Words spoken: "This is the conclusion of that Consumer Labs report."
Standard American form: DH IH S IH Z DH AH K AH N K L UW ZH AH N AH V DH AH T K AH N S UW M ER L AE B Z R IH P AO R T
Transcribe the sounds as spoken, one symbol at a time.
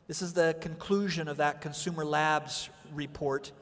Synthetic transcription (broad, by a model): DH IH S IH Z DH AH K AH N K L UW ZH AH N AH V DH AH T K AH N S UW M ER L AE B Z R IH P AO R T